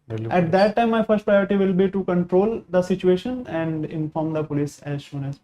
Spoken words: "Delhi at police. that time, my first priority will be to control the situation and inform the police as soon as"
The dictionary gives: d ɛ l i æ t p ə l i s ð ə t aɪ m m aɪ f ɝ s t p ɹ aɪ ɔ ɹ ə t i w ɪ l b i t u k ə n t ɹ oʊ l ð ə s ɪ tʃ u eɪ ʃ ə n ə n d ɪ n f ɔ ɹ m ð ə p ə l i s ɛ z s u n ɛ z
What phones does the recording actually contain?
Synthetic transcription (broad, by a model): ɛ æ t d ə t aɪ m m aɪ f ɝ s t p ɹ aɪ ɔ ɹ ə t i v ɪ l b i t u k ə n t ɹ oʊ l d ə s ɪ tʃ u eɪ ʃ ə n ə n d ɪ n f ɔ ɹ m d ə p ə l i s ɛ z ʃ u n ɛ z